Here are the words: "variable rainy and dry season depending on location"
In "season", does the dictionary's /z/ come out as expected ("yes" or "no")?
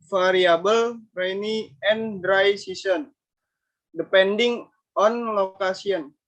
no